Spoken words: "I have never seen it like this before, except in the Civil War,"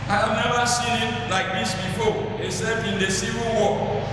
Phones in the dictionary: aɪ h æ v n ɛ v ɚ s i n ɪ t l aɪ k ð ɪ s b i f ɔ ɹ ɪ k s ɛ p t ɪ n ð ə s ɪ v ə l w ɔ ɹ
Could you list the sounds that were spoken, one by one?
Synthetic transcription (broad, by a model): aɪ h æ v n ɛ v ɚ s i n ɪ t l aɪ k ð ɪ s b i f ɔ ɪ s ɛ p ɪ n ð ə s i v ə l w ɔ